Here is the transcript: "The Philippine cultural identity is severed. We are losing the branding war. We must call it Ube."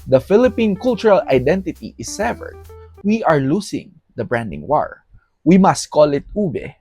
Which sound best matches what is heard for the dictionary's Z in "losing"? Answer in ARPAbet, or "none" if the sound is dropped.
S